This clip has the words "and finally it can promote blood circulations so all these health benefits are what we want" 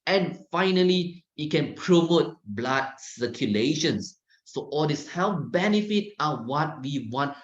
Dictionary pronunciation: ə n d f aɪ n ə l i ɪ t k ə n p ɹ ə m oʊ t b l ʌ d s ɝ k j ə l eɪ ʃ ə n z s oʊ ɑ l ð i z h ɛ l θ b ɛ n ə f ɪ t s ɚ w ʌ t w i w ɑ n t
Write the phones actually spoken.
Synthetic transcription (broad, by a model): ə n f aɪ n ə l i ɪ t k ə n p ɹ ə m oʊ t b l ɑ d s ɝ k j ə l eɪ ʃ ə n s oʊ ɑ l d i s h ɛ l b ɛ n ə f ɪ t ɑ w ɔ t w i w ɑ n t